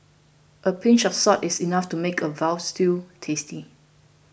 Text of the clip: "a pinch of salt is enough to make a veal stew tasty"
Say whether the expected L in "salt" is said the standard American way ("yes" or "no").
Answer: no